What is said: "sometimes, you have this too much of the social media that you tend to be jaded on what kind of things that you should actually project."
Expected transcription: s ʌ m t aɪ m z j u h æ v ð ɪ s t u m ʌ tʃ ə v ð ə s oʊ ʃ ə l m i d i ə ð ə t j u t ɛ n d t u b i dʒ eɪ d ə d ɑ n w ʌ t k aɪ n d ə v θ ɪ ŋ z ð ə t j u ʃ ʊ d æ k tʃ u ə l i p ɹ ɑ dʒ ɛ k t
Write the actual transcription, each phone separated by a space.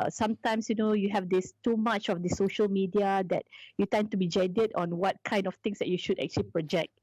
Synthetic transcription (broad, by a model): s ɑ m t aɪ m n j u h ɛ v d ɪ s t u m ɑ tʃ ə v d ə s oʊ ʃ ə l m i d i ə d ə t j u t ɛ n t u b i dʒ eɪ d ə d ɑ n w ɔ t k aɪ n d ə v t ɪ ŋ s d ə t j u ʃ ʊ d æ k tʃ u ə l i p ɹ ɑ dʒ ɛ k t